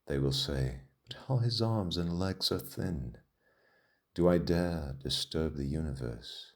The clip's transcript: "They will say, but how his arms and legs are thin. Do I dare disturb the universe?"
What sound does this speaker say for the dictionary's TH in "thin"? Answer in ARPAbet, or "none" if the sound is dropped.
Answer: TH